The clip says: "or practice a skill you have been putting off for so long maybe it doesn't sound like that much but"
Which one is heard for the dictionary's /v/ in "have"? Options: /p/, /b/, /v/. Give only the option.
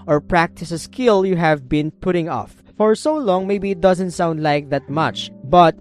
/v/